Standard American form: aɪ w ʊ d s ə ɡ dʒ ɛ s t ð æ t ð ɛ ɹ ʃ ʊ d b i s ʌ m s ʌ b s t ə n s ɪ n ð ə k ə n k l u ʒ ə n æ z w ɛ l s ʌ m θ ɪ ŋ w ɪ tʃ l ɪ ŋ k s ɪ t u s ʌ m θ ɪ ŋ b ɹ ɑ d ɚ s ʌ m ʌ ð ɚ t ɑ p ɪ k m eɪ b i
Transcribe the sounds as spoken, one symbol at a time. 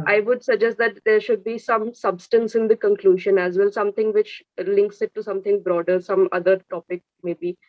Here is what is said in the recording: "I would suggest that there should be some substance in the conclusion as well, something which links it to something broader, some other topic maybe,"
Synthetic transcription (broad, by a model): aɪ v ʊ d s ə dʒ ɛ s t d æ t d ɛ ɹ ʃ ʊ d b i s ʌ m s ʌ b s t ə n s ɪ n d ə k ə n k l u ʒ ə n æ z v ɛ l s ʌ m t ɪ ŋ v ɪ tʃ l ɪ ŋ k s ɪ t u s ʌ m t ɪ ŋ b ɹ ɑ d ɚ s ʌ m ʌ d ɚ t ɑ p ɪ k m eɪ b i